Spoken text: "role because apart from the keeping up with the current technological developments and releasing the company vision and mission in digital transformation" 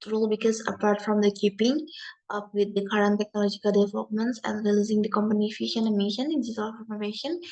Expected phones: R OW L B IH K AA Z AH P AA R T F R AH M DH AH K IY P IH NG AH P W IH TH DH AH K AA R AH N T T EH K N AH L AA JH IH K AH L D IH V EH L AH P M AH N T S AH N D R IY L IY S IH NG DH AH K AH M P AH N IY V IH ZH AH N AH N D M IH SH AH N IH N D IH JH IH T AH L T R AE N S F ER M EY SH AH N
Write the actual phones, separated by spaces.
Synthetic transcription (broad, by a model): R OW L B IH K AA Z AH P AA R T F R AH M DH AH K IY P IH NG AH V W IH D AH K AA R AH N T T EH K N AH L AA JH IH K AH L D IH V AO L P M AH N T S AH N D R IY L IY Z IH NG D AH K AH M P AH N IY F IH SH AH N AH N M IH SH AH N IH N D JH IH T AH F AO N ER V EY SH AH N